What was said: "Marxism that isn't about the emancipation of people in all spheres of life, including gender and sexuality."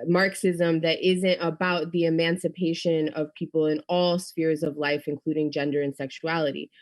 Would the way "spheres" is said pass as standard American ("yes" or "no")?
yes